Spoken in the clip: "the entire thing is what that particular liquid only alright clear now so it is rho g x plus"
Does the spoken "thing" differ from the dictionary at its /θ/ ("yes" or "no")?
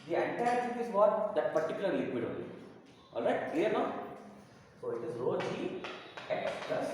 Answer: yes